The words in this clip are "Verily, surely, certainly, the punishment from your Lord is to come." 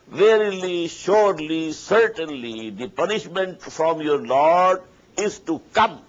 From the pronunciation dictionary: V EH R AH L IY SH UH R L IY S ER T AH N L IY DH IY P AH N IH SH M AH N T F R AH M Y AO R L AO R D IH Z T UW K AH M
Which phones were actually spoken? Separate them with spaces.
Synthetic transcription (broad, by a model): V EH R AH L IY SH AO R L IY S ER T AH N L IY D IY P AH N IH SH M AH N T F R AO M Y AO R L AO R D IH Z T UW K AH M